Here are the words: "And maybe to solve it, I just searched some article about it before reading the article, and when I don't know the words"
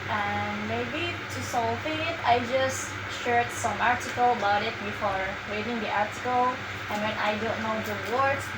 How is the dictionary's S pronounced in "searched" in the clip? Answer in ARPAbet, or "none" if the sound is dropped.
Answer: SH